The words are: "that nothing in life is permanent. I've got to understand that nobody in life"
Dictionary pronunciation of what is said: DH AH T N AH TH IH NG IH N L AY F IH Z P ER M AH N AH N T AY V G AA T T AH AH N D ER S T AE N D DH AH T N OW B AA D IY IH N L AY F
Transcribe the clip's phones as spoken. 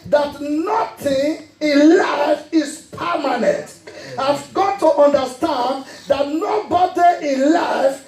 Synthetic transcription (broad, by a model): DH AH T N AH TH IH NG IH N L AY F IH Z P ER M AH N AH N T AY V G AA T T AH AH N D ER S T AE N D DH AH T N OW B AA D IY IH N L AY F